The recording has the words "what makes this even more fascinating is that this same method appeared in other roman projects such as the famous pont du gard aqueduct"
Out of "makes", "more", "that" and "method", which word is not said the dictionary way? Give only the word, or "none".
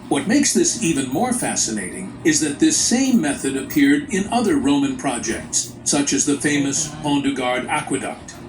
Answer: none